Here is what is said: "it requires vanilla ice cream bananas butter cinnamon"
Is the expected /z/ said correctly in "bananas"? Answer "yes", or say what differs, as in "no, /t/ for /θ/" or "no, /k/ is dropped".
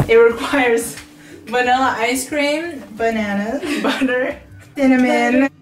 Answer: no, /z/ is dropped